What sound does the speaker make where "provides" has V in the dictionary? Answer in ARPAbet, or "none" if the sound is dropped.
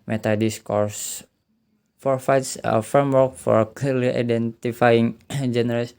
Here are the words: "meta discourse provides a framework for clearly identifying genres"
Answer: F